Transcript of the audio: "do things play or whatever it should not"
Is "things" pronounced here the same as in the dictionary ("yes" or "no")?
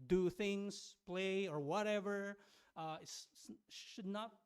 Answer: yes